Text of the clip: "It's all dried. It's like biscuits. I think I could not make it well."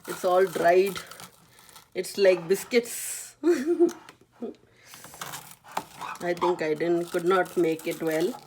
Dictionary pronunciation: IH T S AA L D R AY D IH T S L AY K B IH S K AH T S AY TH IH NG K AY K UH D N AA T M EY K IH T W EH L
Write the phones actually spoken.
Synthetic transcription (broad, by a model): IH T S AA L D R AY D IH T S L AY K B IH S K AH T S AY T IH NG K AY K UH D N AA T M EY K IH T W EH L